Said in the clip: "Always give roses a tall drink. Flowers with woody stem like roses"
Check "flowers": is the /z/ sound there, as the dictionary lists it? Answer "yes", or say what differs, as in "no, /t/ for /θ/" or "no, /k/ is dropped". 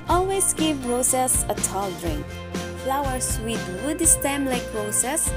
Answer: no, /s/ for /z/